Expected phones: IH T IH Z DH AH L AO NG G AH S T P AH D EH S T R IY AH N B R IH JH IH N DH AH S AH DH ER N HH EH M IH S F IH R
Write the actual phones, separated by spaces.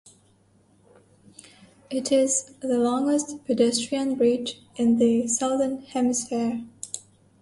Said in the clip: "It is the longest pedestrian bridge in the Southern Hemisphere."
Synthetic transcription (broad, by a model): IH T IH Z DH AH L AO NG G AH S T P AH D EH S T R IY AH N B R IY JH IH N DH AH S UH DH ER N HH EH M IH S F IH R